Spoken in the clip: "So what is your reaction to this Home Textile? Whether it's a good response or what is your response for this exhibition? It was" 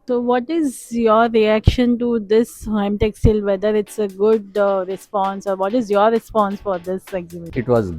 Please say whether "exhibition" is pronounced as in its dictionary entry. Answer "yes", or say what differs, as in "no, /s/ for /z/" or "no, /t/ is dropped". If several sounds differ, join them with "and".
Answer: no, /b/ is dropped